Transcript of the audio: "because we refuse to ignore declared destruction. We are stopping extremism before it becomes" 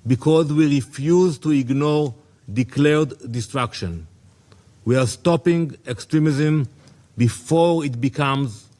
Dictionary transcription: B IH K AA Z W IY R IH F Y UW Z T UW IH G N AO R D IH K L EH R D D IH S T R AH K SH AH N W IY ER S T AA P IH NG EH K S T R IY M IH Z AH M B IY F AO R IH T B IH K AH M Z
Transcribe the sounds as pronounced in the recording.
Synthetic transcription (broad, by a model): B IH K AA Z W IY R IH F Y UW Z T UW IH G N AO R D IH K L EH R D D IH S T R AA K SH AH N W IY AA S T AA P IH NG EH K S T R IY M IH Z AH M B IY F AO R IH T B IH K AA M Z